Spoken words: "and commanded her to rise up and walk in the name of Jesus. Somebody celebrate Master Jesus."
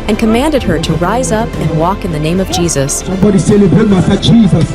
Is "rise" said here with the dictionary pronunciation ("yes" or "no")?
yes